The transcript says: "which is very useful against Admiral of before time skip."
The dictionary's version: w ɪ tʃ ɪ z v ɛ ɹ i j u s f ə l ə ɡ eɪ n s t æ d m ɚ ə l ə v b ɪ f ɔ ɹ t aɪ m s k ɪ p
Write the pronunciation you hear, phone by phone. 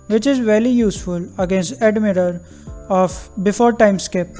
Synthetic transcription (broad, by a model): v ɪ tʃ ɪ z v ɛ l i j u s f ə l ə ɡ eɪ n s t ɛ d m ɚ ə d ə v b ɪ f ɔ ɹ t aɪ m s k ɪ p